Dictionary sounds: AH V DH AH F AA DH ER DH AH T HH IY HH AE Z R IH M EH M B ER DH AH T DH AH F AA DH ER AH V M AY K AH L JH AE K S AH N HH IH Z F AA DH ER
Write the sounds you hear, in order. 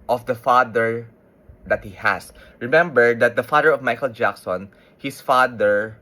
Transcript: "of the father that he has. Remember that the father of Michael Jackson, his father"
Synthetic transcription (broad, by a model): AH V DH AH F AA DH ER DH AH T HH IY HH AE S R IH M EH M B ER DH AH T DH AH F AA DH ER AH V M AY K AH L JH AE K S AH N HH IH S F AA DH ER